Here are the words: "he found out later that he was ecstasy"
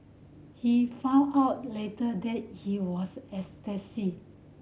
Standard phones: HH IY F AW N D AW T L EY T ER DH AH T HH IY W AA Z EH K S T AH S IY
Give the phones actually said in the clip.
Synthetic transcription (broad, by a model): HH IY F AW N AW T L EY T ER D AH T HH IY W AA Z EH K S T AH S IY